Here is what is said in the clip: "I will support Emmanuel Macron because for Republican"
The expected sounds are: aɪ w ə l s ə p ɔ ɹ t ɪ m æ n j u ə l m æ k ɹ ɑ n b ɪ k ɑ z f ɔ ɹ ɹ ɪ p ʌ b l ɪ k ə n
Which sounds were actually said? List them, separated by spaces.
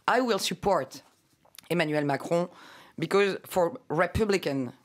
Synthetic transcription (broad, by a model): aɪ w ə l s ə p ɔ ɹ t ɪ m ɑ n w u l m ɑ k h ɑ b ɪ k ɑ z f ɔ ɹ ɹ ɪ p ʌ b l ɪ k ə n